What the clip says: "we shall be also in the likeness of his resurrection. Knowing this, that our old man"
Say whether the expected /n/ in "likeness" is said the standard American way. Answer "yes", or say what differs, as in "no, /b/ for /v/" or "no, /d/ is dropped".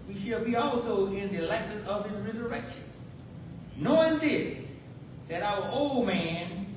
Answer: no, /n/ is dropped